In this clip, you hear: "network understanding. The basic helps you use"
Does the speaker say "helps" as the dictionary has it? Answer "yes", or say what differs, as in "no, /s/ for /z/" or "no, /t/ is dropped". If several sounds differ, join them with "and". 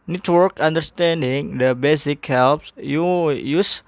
yes